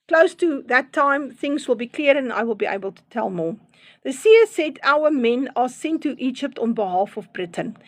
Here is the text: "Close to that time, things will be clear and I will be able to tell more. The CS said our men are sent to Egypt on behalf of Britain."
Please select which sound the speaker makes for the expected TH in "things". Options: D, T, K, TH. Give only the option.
TH